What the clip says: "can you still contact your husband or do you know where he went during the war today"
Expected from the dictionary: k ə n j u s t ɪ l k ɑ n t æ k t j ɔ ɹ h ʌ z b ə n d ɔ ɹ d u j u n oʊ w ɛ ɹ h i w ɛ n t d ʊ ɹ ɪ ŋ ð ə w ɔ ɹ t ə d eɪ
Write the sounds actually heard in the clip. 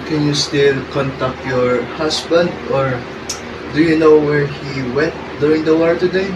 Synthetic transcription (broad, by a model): k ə n j u s t ɪ l k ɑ n t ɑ k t j ɔ ɹ h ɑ s b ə n d ɔ ɹ d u j u n oʊ w ɛ ɹ h i w ɛ n t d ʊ ɹ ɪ ŋ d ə w ɔ ɹ t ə d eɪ